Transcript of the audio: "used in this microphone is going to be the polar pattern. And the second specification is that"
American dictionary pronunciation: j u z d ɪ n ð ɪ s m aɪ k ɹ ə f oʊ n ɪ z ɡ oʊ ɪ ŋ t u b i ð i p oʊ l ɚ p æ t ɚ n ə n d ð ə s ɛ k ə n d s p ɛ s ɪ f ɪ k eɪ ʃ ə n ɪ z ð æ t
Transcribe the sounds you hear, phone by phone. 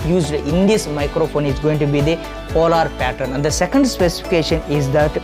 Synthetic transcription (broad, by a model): j u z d ɪ n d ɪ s m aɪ k ɹ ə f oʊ n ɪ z ɡ oʊ ɪ ŋ t u b i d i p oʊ l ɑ p æ t ɚ n ə n d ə s ɛ k ə n d s p ɛ s ɪ f ɪ k eɪ ʃ ə n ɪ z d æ t